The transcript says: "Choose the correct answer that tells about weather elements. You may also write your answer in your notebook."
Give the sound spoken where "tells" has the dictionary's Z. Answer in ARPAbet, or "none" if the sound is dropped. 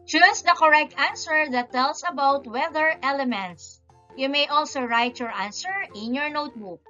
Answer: S